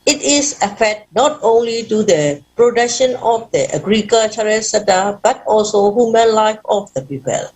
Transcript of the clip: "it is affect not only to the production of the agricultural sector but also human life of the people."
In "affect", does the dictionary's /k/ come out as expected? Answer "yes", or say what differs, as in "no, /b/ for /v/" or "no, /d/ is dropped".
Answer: no, /k/ is dropped